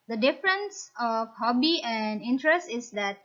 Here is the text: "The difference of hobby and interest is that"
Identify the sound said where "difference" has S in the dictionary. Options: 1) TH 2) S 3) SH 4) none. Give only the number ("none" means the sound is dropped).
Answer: 2